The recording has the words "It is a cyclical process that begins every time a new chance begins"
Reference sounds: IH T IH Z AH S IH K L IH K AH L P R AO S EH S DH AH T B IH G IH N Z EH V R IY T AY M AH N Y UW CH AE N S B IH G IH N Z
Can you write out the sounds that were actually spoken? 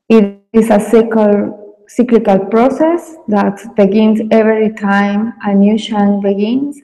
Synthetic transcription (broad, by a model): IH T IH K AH S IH K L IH K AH L P R AO S EH S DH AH T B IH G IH N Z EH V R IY T AY M AH N Y UW SH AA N B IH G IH N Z